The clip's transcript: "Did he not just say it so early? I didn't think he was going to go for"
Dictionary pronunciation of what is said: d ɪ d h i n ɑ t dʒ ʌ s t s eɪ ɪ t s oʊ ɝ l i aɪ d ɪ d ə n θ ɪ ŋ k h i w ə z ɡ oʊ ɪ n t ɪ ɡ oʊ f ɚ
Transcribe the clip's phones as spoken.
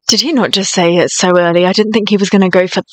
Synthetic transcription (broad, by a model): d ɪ d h i n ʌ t dʒ ʌ s t s eɪ ɪ t s oʊ ɝ l i aɪ d ɪ d n θ ɪ ŋ k h i w ə z ɡ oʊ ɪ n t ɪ ɡ oʊ f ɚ